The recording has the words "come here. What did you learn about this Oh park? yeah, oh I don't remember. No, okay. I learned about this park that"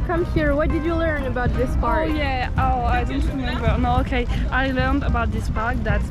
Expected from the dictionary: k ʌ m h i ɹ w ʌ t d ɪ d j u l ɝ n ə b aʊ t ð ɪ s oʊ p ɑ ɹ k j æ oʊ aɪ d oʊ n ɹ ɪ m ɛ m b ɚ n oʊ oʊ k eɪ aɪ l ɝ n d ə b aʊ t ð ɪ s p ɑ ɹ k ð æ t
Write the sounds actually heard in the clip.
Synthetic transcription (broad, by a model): k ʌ m h i ɹ w ʌ t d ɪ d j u l ɝ n ə b aʊ t ð ɪ s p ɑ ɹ j æ oʊ aɪ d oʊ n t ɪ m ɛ b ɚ n oʊ oʊ k eɪ aɪ l ɝ n d ə b aʊ t ð ɪ s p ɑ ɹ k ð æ t